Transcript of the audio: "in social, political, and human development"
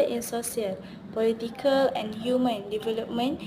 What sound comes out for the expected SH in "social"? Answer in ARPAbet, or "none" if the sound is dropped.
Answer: S